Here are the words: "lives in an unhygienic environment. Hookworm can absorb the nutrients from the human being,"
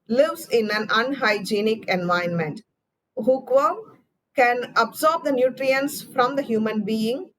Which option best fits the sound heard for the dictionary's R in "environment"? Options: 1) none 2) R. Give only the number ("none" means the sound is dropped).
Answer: 1